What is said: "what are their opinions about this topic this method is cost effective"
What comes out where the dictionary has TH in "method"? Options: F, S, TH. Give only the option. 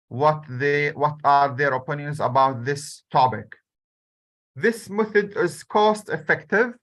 TH